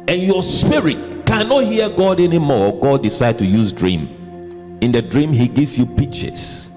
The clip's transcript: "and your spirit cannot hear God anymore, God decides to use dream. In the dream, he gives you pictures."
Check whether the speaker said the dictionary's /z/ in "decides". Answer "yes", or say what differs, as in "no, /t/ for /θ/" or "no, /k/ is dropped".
no, /z/ is dropped